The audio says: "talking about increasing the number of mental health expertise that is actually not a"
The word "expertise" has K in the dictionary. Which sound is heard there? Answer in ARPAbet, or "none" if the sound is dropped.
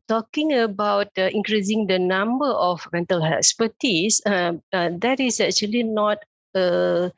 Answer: none